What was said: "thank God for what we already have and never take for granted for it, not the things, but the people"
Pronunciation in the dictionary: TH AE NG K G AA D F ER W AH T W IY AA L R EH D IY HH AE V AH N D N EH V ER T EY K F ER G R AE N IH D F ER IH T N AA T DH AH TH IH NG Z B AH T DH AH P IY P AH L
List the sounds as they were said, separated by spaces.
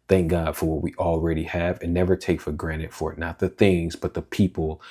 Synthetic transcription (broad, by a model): TH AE NG K G AA D F ER W AH T W IY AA L R EH D IY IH V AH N N EH V ER T EY K F ER G R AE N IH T F ER IH T N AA T DH AH TH IH NG Z B AH T DH AH P IY P L